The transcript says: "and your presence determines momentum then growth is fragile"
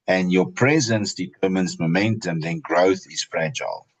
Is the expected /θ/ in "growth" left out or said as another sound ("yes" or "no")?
no